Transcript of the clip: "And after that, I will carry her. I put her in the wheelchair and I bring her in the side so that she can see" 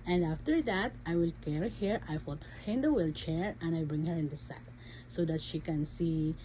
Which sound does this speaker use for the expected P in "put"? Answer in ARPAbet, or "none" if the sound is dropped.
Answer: F